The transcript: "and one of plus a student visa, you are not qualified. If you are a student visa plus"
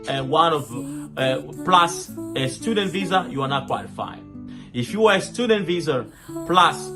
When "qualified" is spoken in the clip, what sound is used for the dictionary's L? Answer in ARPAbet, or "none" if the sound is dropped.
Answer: none